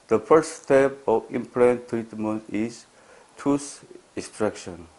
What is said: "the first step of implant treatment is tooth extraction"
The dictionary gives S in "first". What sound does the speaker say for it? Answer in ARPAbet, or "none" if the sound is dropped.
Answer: none